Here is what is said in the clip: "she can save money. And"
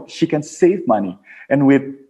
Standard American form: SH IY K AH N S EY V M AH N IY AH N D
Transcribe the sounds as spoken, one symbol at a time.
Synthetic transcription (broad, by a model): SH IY K AH N S EY V M AH N IY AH N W